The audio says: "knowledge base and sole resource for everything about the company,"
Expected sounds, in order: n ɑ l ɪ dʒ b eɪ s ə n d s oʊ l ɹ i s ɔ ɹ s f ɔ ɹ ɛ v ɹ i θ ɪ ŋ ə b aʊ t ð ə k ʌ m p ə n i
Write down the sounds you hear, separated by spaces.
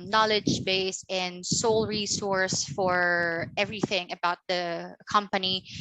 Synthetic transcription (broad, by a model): n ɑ l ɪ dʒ b eɪ s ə n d s oʊ l ɹ i s ɔ ɹ s f ɔ ɹ ɛ v ɹ i θ ɪ ŋ ə b aʊ t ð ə k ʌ m p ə n i